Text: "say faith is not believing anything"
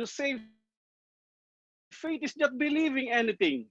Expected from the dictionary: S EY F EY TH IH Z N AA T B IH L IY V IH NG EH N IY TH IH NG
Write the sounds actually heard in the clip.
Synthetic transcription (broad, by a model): S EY F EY T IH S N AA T B IH L IY V IH NG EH N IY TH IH NG